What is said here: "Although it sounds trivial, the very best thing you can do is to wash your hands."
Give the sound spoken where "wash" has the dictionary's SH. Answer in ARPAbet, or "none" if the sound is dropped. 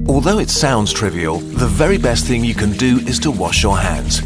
SH